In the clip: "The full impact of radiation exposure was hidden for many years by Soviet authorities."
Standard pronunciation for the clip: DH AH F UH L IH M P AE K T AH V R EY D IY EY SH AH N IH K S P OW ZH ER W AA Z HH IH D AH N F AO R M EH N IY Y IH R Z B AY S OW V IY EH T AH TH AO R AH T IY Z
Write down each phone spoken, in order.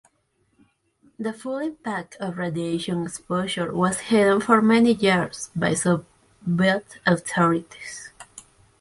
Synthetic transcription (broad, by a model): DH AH F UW L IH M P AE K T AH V R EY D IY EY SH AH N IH K S P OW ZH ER W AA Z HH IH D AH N F AO R M EH N IY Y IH R S B AY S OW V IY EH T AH T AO R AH T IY S